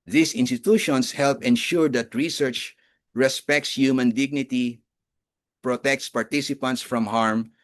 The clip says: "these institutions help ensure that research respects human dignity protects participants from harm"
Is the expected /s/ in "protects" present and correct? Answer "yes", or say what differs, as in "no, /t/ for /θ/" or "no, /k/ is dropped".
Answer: yes